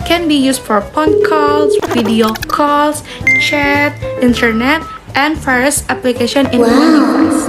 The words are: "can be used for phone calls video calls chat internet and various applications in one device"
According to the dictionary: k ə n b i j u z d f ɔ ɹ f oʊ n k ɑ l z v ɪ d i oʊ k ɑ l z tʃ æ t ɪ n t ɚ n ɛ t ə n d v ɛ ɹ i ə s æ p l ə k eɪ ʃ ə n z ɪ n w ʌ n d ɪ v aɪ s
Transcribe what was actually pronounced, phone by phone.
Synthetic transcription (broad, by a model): k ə n b i j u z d f ɔ ɹ p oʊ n k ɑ l s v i d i oʊ k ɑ l s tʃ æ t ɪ n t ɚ n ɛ t ə n d f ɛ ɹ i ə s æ p l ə k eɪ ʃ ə n ɪ n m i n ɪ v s